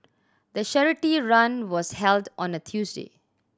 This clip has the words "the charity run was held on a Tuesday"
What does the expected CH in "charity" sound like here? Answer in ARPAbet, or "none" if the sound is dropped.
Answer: SH